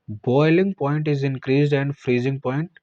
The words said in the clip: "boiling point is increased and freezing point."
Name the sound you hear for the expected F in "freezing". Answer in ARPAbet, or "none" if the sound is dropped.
F